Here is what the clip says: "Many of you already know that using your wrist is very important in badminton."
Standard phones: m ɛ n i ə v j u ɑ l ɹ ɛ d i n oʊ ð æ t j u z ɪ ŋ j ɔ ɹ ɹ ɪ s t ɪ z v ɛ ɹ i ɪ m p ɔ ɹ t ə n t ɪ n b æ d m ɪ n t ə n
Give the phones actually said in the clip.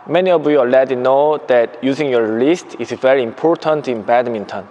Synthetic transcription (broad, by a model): m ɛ n i ə v j u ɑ l ɛ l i n oʊ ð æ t j u z ɪ ŋ j ɔ ɹ l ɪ s t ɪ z v ɛ ɹ i ɪ m p ɔ ɹ t ə n t ɪ n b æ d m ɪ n t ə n